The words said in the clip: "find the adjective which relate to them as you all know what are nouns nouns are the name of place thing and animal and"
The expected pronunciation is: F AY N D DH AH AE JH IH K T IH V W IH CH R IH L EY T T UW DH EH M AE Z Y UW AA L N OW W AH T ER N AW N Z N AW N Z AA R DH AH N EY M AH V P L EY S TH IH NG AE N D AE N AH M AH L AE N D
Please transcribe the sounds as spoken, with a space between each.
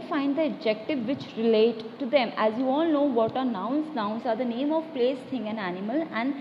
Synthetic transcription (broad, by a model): F AY N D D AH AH JH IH K T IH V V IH CH R IH L EY T T UW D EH M AE Z Y UW AA L N OW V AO T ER N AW N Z N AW N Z AA R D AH N EY M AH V P L EY S T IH NG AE N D AE N AH M AH L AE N D